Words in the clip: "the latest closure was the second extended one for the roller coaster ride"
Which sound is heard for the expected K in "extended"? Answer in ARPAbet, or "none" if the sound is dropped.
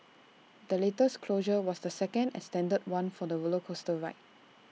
none